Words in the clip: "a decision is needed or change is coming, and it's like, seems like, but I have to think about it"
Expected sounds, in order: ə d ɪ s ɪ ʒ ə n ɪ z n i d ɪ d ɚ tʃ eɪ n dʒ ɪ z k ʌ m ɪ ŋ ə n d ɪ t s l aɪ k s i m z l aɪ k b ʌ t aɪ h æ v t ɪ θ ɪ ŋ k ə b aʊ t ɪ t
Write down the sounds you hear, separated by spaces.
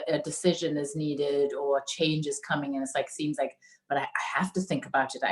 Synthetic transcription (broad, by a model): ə d ɪ s ɪ ʒ ə n ɪ z n i d ɪ d ɚ tʃ eɪ n dʒ ɪ z k ʌ m ɪ ŋ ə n ɪ t s l aɪ k s i m z l aɪ k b ʌ t aɪ h æ f t ɪ θ ɪ ŋ k ə b aʊ t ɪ t